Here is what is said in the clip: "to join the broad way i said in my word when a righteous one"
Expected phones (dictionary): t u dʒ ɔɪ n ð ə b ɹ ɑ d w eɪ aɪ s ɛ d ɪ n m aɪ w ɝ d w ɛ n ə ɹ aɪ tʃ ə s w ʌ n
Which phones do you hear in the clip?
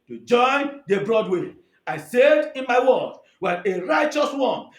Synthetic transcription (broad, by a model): t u dʒ ɔɪ n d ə b ɹ ɑ d w eɪ aɪ s ɛ d ɪ n m aɪ w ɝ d w ɛ n ə ɹ aɪ tʃ ə s w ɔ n